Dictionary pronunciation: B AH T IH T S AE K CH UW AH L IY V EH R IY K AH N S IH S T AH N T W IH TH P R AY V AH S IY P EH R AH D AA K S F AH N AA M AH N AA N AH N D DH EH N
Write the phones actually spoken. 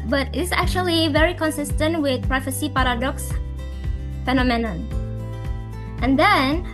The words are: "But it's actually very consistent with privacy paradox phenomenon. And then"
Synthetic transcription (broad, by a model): B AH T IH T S AE K CH UW AH L IY V EH R IY K AH N S IH S T AH N T W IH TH P R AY F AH S IY P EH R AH D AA K S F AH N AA M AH N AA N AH N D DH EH N